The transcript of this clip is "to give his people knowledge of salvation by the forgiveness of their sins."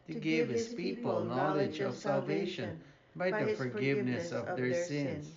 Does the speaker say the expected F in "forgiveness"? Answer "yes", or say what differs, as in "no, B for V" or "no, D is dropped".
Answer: yes